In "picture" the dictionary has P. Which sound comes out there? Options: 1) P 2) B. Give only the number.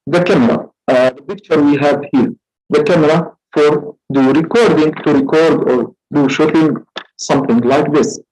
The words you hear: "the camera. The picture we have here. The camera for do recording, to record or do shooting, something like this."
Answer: 2